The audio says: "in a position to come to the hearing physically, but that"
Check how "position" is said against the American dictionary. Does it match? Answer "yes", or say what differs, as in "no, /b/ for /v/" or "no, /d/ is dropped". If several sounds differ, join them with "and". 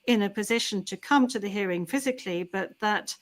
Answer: yes